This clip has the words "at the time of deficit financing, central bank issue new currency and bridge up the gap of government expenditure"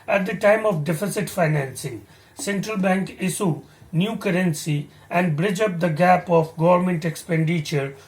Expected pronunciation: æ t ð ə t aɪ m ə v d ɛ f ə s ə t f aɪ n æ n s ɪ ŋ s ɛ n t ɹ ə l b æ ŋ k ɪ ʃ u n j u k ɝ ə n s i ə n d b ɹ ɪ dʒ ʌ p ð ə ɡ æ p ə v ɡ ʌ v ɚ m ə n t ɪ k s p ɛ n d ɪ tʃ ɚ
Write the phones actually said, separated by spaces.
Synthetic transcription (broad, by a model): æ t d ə t aɪ m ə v d ɛ f ə s ə t f aɪ n æ n s ɪ ŋ s ɛ n t ɹ ə l b æ ŋ k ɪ s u n j u k ɝ ə n s i ə n d b ɹ ɪ dʒ ʌ p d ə ɡ æ p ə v ɡ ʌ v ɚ m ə n t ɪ k s p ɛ n d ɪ tʃ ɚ